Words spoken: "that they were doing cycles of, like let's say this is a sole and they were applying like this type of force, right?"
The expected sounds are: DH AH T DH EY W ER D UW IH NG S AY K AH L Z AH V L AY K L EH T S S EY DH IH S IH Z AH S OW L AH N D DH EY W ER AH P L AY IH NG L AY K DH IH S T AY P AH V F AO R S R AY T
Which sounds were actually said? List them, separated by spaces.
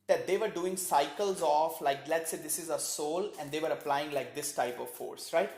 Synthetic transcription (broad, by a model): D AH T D EY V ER D UW IH NG S AY K AH L Z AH F L AY K L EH T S S EY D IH S IH Z AH S OW L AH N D EY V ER AH P L AY IH NG L AY K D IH S T AY P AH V F AO R S R AY T